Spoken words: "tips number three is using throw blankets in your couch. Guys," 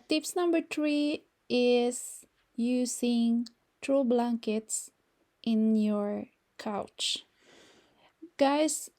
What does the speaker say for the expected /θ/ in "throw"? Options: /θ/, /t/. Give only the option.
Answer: /t/